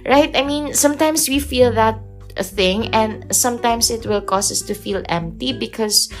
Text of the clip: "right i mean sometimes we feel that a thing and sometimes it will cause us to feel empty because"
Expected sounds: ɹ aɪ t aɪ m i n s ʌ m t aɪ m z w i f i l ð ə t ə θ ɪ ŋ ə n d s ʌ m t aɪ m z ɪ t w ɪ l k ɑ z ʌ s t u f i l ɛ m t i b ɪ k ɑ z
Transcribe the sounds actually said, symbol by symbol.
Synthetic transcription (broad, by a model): ɹ aɪ t aɪ m i n s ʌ m t aɪ m s w i f i l ð ə t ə θ ɪ ŋ ə n d s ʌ m t aɪ m s ɪ t w ɪ l k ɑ s ʌ s t u f i l ɛ m t i b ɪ k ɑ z